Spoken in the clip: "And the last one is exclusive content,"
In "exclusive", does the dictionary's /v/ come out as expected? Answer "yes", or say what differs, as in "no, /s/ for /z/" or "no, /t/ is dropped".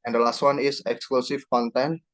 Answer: no, /f/ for /v/